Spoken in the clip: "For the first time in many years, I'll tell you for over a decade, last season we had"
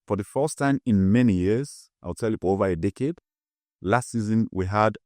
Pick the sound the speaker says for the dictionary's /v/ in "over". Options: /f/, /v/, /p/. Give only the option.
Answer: /v/